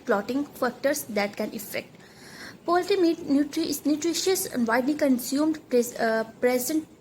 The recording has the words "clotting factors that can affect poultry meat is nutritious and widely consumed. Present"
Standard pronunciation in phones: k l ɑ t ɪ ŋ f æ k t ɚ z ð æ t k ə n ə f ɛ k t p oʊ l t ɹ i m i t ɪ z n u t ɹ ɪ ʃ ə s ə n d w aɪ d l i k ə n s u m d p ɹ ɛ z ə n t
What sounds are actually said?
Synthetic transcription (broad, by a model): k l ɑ t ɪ ŋ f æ k t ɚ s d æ t k ə n ə f ɛ k t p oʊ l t i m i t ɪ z n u t ɹ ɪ ʃ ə s ə n d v aɪ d l i k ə n s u m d p ɹ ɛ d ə n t